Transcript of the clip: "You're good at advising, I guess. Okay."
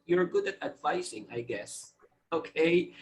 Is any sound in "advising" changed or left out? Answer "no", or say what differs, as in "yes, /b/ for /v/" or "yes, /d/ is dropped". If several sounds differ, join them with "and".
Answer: yes, /s/ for /z/